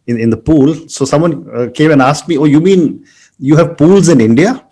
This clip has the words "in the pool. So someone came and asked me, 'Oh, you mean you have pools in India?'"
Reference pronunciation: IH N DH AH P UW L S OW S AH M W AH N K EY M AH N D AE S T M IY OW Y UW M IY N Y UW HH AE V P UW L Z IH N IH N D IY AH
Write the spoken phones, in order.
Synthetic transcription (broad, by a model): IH N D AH P UW L S OW S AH M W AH N K EY M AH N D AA S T M IY OW Y UW M IY N Y UW HH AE V P UW L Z IH N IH N D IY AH